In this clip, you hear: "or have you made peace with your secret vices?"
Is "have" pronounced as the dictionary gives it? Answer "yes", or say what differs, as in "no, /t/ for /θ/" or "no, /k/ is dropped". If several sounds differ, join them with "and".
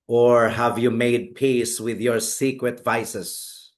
yes